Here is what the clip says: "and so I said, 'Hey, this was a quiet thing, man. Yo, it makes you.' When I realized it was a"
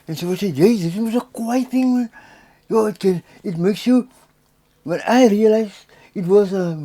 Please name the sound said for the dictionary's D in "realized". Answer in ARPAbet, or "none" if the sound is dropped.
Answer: none